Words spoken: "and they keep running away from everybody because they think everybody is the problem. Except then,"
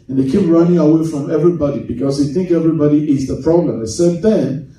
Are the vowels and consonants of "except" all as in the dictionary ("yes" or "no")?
no